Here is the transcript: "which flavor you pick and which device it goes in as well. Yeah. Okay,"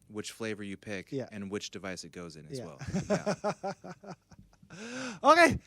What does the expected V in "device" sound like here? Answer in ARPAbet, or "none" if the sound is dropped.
V